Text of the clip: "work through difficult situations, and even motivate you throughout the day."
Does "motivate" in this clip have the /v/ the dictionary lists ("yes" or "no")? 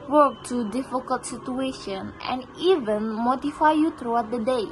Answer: no